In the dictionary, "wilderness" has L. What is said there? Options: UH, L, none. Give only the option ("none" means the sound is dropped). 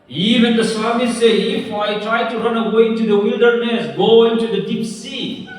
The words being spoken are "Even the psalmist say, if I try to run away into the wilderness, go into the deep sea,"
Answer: L